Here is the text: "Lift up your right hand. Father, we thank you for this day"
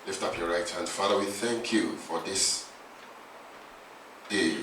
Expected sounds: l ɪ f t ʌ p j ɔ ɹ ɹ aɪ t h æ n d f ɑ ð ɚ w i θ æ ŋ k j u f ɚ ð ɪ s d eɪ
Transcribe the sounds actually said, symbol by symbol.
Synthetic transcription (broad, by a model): l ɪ f t ʌ p j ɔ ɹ ɹ aɪ t h æ n d f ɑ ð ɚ w i θ æ ŋ k j u f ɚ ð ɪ s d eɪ